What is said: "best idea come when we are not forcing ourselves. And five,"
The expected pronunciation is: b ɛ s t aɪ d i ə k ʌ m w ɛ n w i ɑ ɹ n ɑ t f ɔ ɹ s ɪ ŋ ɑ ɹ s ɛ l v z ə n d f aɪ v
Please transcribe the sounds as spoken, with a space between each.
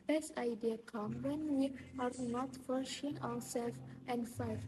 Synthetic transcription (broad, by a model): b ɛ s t aɪ d i ə k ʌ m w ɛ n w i ɑ ɹ n ɑ t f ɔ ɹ ʃ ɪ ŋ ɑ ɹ s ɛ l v ə n d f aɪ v